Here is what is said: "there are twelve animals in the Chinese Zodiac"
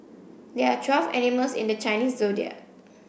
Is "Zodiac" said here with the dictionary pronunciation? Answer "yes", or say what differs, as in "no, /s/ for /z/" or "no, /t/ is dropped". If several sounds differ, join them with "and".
no, /k/ is dropped